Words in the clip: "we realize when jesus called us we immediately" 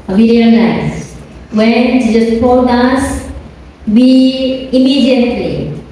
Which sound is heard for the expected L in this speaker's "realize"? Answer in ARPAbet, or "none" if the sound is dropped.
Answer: N